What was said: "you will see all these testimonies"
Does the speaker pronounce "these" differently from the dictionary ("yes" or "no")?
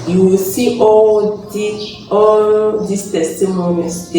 yes